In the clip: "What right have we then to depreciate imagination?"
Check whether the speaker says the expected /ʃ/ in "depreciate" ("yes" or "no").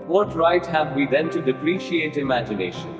yes